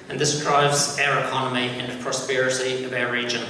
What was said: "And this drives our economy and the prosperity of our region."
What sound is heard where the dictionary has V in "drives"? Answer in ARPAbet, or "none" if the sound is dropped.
V